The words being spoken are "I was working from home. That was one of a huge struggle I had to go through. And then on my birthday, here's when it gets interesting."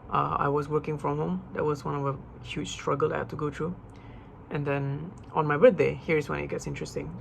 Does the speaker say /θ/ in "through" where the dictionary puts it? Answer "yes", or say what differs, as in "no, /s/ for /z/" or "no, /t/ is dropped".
no, /t/ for /θ/